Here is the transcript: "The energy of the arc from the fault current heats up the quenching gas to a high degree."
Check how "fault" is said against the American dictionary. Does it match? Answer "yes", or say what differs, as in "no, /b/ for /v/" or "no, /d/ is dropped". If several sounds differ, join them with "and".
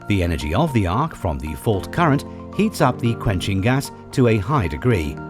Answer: yes